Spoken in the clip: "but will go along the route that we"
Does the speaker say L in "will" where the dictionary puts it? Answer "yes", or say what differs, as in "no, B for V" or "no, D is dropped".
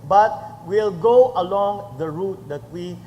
yes